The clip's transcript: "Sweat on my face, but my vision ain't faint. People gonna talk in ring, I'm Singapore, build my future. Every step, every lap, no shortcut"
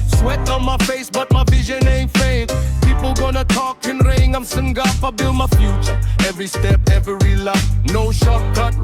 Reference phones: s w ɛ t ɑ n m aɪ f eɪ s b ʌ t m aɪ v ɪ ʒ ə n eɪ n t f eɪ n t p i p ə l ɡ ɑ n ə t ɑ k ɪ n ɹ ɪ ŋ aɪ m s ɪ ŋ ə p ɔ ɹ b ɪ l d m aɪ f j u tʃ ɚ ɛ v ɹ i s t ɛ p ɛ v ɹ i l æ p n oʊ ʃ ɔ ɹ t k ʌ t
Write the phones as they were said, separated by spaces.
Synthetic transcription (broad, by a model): s w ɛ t ɑ n m aɪ f eɪ s b ʌ t m aɪ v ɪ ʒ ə n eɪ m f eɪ t p i p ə l ɡ ɑ n ə t ɑ k ɪ n ɹ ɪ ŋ aɪ m s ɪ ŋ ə f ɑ b ɪ l d m aɪ f j u tʃ ɚ ɛ v ɹ i s t ɛ p ɛ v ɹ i l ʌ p n oʊ ʃ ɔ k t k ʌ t